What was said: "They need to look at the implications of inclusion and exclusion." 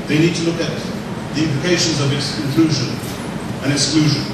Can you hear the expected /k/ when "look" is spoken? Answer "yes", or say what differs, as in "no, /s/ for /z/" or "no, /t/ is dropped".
yes